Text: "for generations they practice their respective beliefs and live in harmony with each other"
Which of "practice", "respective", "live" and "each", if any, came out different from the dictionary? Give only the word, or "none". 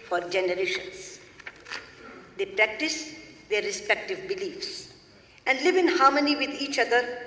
none